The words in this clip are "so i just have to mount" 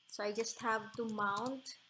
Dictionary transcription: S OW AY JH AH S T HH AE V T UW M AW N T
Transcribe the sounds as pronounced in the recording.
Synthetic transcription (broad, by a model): S OW AY JH AH S T HH AE V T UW M AW N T